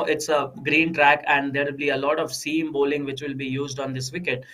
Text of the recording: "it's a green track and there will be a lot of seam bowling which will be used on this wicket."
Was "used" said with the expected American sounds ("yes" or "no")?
yes